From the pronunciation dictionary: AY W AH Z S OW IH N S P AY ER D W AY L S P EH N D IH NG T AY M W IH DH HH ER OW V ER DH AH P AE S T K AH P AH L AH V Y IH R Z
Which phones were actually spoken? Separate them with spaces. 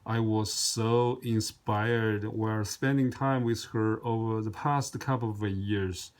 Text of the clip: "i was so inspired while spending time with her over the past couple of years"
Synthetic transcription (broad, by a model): AY W AH Z S OW IH N S P AY ER D W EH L S P EH N D IH NG T AY M W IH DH HH ER OW V ER DH AH P AE S T K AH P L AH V Y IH R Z